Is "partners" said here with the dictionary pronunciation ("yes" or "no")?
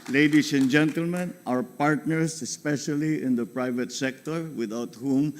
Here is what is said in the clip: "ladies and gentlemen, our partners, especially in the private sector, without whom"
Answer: no